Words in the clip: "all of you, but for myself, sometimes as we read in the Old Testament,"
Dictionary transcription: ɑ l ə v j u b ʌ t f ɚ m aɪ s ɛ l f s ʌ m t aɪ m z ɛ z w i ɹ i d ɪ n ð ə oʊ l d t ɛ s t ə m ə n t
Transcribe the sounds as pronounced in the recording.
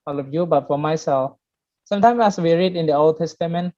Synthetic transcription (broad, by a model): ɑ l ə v j u b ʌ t f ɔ m aɪ s ɛ l f s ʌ m t aɪ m s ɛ s w i ɹ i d ɪ n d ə oʊ l d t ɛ s t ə m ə n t